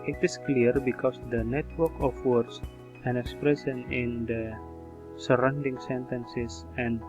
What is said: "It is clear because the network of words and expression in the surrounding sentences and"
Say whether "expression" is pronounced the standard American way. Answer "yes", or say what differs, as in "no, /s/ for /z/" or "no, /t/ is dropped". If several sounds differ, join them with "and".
no, /s/ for /ʃ/